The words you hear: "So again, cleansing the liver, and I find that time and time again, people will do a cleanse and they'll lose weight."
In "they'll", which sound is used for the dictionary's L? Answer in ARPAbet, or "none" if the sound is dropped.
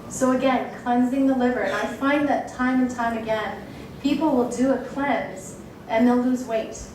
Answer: L